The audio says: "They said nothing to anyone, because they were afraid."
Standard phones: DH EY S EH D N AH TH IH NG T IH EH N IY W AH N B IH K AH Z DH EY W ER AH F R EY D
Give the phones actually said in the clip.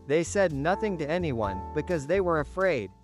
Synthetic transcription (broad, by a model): DH EY S EH D N AH TH IH NG T IH EH N IY W AH N B IH K AH Z DH EY W ER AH F R EY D